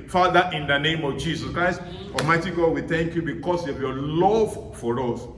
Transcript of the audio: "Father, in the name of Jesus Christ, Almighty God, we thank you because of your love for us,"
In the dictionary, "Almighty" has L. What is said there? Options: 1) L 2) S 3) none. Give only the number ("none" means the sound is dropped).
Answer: 3